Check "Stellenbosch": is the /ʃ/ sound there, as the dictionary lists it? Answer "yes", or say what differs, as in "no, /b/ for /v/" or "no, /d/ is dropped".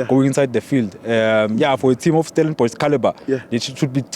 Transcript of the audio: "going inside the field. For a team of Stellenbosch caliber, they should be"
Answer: no, /s/ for /ʃ/